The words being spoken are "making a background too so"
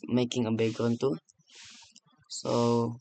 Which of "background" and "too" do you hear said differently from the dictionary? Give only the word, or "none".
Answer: background